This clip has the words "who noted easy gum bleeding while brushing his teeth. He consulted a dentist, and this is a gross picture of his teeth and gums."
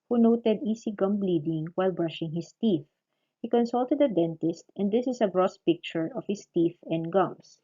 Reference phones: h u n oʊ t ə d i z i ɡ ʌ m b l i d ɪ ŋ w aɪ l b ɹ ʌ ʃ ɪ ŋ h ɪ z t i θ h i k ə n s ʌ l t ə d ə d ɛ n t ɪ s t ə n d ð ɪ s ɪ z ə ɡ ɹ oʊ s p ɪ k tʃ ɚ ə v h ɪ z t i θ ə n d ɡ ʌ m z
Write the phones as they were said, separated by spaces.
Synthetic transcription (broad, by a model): h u n oʊ t ə d i s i ɡ ʌ m b l i d ɪ ŋ w aɪ l b ɹ ʌ ʃ ɪ ŋ h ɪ s t i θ h i k ə n s ʌ l t ə d ə d ɛ n t ɪ s t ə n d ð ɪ s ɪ s ə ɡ ɹ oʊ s p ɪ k tʃ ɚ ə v h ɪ s t i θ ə n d ɡ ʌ m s